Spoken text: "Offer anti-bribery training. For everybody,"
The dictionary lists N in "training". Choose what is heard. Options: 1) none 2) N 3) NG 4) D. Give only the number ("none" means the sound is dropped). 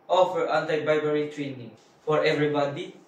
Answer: 2